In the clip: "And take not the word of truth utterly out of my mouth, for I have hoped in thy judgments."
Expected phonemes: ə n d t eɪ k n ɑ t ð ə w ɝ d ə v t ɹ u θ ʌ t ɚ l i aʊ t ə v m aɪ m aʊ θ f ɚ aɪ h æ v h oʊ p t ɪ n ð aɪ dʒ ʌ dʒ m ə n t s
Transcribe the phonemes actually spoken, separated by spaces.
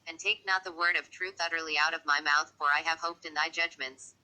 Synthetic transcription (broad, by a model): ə n t eɪ k n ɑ t ð ə w ɝ d ə v t ɹ u θ ʌ t ɚ l i aʊ t ə v m aɪ m aʊ θ f ɚ aɪ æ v h oʊ p t ɪ n ð aɪ dʒ ʌ dʒ m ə n t s